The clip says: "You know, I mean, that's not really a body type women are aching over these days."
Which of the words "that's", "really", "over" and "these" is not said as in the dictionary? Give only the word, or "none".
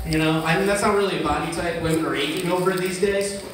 none